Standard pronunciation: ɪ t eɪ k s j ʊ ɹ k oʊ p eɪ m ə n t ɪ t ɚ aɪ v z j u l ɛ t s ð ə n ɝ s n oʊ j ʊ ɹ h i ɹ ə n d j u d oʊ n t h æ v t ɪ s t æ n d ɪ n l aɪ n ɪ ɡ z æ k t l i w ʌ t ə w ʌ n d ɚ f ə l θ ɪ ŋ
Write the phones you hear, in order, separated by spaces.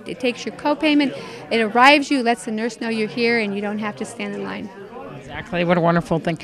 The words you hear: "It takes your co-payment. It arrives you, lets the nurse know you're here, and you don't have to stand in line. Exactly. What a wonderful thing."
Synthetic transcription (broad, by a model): ɪ t eɪ k s j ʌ ɹ k oʊ p eɪ m ə n t ɪ t ɚ aɪ v z j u l ɛ t s ð ə n ɝ s n oʊ j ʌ ɹ h i ɹ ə n j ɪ d oʊ n t h æ f t ɪ s t æ n d ɪ n l aɪ n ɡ z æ k t l i w ʌ t ə w ʌ n d ɚ f l θ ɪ ŋ